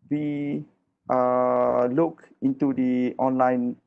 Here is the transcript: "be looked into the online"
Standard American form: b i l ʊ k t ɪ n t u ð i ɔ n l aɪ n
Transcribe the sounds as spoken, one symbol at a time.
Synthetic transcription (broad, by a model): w i l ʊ k ɪ n t u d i ɔ n l aɪ n